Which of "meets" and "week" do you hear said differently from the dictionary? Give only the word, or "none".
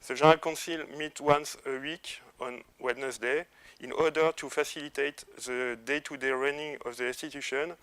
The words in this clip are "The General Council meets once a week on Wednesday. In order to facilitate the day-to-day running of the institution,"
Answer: meets